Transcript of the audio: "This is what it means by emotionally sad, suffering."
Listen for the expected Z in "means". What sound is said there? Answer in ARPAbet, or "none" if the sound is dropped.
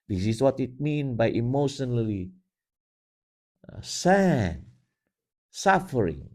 none